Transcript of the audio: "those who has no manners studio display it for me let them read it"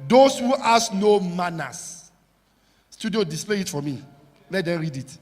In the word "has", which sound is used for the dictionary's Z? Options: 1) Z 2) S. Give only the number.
2